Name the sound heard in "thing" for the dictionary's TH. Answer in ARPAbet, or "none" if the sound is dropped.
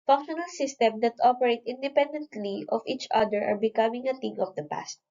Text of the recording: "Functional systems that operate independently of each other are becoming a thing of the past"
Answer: T